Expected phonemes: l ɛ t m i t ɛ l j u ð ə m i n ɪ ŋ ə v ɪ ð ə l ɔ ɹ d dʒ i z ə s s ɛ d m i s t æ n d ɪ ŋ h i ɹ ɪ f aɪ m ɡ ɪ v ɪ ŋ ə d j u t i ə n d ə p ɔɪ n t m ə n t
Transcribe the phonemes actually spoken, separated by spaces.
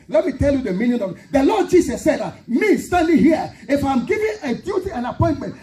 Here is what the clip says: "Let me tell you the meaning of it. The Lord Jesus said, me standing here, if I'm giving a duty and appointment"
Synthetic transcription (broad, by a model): l ɛ t m i t ɛ l j u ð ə m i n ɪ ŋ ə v ɪ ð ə l ɔ d dʒ i s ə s s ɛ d m i s t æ n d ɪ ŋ h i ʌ ɪ f aɪ m ɡ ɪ v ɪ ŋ ə d j u t i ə n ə p ɔɪ n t m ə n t